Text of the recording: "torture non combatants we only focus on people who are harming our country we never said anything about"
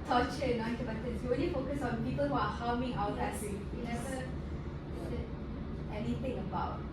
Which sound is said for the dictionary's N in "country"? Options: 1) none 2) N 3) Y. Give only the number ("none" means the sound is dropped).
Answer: 1